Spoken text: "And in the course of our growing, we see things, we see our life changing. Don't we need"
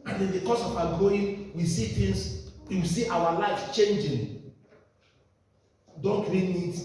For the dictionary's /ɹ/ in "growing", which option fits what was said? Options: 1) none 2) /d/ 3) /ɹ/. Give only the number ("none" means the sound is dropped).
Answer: 1